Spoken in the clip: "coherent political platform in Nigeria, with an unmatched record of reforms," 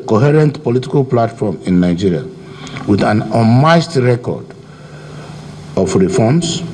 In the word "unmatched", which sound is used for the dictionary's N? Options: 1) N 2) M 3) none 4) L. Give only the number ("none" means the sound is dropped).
3